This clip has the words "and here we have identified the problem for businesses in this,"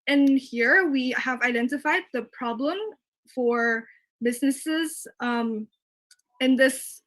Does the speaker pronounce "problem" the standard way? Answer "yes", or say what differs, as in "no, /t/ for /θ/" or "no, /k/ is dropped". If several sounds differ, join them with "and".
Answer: yes